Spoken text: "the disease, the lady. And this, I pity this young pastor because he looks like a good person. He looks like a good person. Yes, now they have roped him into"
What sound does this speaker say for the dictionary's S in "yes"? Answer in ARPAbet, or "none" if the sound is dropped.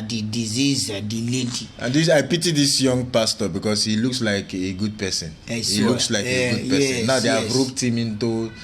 none